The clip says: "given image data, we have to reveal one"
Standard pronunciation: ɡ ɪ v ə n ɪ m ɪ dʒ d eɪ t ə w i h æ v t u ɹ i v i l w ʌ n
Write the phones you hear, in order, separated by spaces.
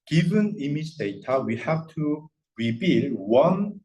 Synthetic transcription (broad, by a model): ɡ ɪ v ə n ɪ m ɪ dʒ d eɪ t ə w i h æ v t u ɹ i b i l w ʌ n